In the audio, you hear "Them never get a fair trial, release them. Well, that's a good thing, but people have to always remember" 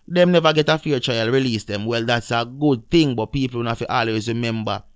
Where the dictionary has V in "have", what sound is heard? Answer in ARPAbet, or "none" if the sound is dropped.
F